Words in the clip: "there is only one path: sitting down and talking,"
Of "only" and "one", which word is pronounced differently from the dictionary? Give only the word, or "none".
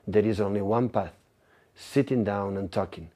none